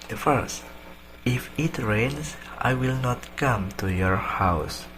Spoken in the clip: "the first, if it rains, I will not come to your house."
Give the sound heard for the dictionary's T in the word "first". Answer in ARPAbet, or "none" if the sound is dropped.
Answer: T